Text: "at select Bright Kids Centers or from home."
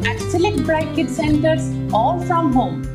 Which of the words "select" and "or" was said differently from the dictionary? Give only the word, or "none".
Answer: or